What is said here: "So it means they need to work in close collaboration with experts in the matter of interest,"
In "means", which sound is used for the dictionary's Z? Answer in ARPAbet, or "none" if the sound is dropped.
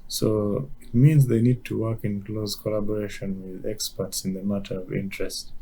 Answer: Z